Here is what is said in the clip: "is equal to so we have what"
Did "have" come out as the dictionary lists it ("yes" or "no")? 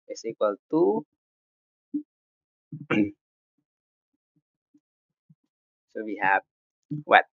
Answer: no